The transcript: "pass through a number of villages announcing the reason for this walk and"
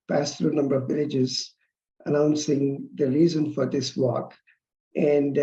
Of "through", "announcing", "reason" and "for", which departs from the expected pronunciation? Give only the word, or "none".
through